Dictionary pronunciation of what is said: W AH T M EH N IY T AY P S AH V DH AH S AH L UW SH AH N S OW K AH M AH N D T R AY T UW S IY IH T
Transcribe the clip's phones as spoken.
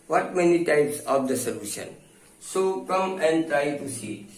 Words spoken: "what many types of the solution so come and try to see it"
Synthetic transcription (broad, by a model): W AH T M EH N IY T AY P S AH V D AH S AH L UW SH AH N S OW K AH M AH N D T R AY T UW S IY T